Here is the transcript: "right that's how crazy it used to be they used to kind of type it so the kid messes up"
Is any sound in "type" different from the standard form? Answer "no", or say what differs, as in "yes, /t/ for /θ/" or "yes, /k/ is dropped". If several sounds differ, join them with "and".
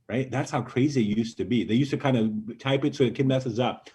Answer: no